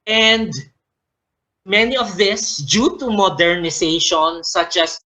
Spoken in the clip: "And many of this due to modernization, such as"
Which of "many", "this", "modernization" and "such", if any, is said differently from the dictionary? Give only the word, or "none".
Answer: modernization